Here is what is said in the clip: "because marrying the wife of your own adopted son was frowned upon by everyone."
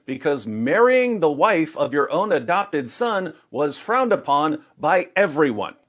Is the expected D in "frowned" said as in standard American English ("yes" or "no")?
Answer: yes